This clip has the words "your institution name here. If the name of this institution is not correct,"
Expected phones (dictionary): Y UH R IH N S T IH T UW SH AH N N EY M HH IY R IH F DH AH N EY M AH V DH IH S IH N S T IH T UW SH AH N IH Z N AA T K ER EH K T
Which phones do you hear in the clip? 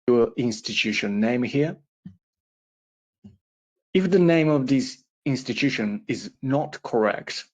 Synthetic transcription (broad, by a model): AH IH N S T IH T UW SH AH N N EY M HH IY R IH F DH AH N EY M AH V DH IH S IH N S T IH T UW SH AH N IH Z N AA T K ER EH K T